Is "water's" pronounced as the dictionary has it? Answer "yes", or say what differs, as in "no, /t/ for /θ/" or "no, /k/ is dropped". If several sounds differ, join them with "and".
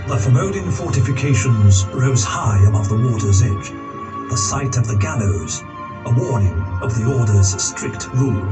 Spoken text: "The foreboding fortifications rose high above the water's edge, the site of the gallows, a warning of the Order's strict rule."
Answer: yes